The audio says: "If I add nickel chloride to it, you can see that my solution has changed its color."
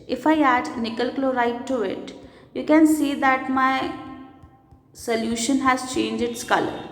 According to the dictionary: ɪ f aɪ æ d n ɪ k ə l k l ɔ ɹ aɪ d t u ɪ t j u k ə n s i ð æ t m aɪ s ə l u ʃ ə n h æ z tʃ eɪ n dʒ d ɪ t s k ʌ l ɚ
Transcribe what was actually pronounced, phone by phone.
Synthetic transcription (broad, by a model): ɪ f aɪ æ d n ɪ k ə l k l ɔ ɹ aɪ t u ɪ t j u k ə n s i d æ t m aɪ s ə l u ʃ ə n h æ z tʃ eɪ n dʒ ɪ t s k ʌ l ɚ